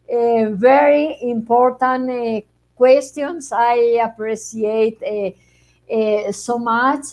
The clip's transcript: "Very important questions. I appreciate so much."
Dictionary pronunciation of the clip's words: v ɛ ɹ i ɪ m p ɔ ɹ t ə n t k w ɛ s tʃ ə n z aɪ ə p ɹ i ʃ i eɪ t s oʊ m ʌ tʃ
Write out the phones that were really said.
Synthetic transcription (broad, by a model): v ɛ ɹ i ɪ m p ɔ ɹ t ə n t k w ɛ s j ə n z aɪ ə p ɹ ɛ s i eɪ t s oʊ m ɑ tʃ